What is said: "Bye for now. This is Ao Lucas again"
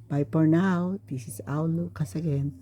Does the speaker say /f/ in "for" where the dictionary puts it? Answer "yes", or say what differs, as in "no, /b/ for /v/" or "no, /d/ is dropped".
no, /p/ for /f/